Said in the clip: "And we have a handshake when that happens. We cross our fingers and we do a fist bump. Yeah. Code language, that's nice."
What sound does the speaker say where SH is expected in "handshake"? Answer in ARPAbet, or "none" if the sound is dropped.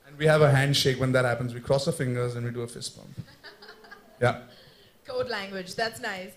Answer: SH